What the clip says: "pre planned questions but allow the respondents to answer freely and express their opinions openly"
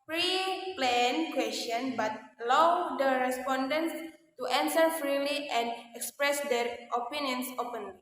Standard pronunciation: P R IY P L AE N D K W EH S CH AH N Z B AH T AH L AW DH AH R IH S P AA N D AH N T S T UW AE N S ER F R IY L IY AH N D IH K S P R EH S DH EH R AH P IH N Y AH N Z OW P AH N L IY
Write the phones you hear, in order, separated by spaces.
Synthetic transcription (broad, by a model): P R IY P L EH N K W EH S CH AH N B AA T L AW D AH R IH S P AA N D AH N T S T UW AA N S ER F R IY L IY AH N D IH K S P R EH S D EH R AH P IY N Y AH N S OW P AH N L IY